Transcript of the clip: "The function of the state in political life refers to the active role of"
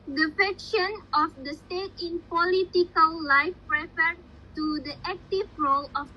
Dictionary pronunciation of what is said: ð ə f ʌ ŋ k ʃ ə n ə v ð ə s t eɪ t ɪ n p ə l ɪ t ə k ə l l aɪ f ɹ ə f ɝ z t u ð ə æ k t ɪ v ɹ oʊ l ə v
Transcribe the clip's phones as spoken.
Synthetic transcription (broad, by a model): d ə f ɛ k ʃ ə n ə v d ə s t eɪ t ɪ n p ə l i t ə k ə l l aɪ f ɹ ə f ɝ t u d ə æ k t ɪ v ɹ oʊ l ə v